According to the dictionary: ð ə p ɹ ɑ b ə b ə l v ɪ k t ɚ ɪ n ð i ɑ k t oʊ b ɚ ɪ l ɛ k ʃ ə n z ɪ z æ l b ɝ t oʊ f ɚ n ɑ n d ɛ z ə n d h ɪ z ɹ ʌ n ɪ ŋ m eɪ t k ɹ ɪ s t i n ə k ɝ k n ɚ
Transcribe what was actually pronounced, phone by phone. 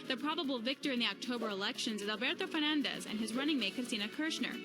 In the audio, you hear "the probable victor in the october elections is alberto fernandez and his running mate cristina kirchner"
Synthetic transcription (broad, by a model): ð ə p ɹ ɑ b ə b l v ɪ k t ɚ ɪ n ð i ɑ k t oʊ b ɚ ɪ l ɛ k ʃ ə n z ɪ z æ l b ɝ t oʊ f ɚ n ɑ n d ɛ z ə n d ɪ z ɹ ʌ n ɪ ŋ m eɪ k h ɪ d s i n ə k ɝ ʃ n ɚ